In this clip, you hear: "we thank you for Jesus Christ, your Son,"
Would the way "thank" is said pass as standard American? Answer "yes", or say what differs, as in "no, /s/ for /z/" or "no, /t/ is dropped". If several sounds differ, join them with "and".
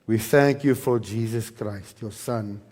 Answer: yes